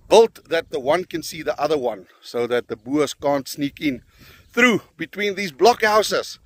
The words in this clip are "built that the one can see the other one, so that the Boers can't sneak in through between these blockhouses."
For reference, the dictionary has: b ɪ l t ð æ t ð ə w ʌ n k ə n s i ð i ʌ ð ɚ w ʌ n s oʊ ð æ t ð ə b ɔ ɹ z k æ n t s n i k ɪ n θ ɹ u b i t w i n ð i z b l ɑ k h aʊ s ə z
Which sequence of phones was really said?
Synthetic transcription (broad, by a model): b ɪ l t ð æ t ð ə w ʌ n k ə n s i ð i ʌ ð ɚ w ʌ n s oʊ ð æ t ð ə b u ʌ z k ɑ n t s n i k ɪ n θ ɹ u b i t w i n ð i z b l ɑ k h aʊ s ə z